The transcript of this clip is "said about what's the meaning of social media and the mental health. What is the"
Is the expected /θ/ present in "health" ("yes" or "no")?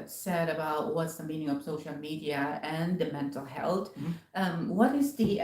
no